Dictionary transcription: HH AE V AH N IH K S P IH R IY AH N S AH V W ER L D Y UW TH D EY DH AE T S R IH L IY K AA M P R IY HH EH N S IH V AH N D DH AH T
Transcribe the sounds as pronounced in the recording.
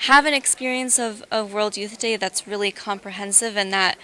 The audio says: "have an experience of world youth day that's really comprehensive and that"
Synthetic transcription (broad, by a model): HH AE V AH N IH K S P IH R IY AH N S AH V W ER L D Y UW TH D EY DH AE T S R IH L IY K AA M P R IY HH EH N S IH V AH N DH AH T